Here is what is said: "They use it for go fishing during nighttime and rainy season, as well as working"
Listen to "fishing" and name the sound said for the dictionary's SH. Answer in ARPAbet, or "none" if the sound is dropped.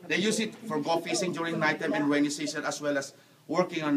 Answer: S